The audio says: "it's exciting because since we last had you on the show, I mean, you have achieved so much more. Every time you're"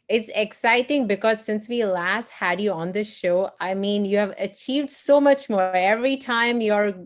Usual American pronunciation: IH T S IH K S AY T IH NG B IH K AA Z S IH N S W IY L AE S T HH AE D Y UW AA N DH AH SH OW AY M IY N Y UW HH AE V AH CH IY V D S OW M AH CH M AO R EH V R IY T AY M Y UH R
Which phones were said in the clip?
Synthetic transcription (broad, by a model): IH T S IH K S AY T IH NG B IH K AA Z S IH N S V IY L AE S T HH AE D Y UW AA N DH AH SH OW AY M IY N Y UW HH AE V AH CH IY V D S OW M AH CH M AO EH V R IY T AY M Y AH R